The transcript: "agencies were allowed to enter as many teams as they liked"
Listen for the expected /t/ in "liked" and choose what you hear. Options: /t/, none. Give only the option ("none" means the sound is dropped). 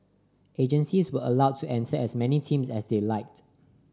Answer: /t/